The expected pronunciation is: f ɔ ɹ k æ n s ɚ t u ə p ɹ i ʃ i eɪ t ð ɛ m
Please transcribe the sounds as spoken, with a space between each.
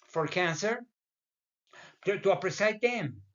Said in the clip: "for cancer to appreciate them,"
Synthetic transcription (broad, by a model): f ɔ ɹ k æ n s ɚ t u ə p ɹ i s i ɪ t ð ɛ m